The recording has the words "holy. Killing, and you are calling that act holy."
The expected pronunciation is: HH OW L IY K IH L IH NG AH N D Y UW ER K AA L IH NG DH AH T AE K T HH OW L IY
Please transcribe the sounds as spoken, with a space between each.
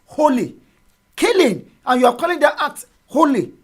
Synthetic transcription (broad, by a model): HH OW L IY K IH L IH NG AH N Y UW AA K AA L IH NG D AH T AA T HH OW L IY